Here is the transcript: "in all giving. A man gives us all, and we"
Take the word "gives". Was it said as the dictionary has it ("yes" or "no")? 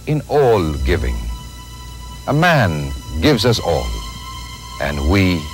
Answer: yes